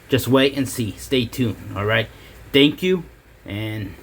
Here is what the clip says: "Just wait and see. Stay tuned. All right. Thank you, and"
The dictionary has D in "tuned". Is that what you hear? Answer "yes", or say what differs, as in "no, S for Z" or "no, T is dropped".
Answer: no, D is dropped